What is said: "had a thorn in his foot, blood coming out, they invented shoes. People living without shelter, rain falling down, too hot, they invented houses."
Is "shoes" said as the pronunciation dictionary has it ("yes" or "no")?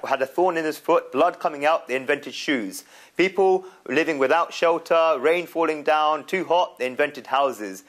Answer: yes